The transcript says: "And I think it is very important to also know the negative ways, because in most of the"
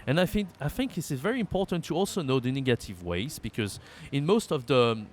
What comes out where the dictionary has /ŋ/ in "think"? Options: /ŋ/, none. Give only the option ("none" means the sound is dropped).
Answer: /ŋ/